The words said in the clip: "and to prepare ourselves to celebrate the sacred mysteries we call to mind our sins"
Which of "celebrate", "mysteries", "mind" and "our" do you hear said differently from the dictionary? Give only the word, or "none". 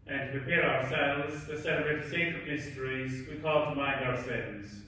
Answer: celebrate